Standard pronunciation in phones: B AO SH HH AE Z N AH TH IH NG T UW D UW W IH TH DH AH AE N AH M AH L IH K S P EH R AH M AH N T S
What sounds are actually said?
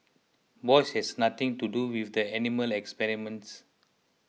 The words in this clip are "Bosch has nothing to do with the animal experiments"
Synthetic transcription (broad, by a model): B AO S HH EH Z N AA T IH NG T UW D UW W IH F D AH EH N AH M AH L IH K S P EH R AH M AH N T S